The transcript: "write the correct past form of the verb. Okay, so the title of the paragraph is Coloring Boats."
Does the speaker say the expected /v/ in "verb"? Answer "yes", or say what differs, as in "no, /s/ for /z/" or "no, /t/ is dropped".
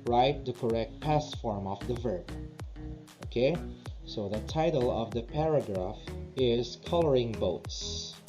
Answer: yes